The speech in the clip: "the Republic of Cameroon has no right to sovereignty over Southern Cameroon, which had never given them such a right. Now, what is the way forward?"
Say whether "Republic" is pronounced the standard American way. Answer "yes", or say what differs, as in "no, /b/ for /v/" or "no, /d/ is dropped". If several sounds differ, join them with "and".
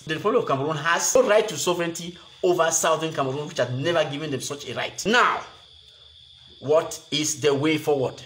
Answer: no, /k/ is dropped